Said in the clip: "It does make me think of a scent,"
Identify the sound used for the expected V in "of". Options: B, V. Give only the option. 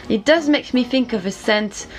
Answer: V